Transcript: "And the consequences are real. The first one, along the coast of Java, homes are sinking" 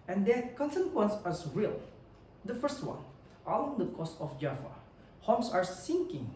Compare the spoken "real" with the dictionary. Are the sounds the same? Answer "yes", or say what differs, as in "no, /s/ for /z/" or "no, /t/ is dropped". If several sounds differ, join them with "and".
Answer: yes